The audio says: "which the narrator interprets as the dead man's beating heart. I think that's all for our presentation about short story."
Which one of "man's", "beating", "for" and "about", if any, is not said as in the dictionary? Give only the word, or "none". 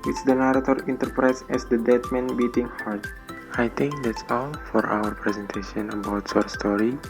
man's